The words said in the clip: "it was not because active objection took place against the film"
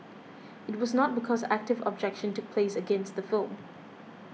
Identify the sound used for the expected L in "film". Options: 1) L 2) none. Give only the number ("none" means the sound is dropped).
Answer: 1